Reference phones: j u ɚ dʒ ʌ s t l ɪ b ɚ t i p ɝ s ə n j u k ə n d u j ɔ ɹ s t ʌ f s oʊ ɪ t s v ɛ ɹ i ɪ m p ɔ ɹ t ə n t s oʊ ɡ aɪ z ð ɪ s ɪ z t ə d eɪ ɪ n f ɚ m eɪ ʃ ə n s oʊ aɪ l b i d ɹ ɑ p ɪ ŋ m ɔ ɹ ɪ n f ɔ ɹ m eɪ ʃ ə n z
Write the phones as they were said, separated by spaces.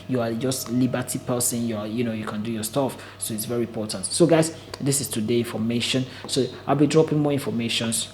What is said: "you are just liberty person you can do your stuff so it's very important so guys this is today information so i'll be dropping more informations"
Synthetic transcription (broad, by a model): j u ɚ dʒ ʌ s t l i b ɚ t i p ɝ s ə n j u k ə n d u j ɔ s t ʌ f s oʊ ɪ t s v ɛ ɹ i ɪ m p ɔ t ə n t s oʊ ɡ aɪ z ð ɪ s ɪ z t ə d eɪ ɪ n f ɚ m eɪ ʃ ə n s oʊ aɪ l b i d ɹ ɑ p ɪ ŋ m ɔ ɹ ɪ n f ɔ m eɪ ʃ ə n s